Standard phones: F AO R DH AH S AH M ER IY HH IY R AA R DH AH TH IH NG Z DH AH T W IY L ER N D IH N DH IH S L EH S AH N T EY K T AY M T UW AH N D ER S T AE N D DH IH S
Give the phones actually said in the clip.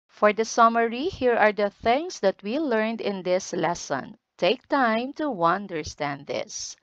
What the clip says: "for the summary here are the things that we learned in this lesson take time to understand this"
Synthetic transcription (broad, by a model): F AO R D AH S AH M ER IY HH IY R AA R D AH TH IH NG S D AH T W IY L ER N D IH N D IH S L EH S AH N T EY K T AY M T UW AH N D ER S T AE N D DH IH S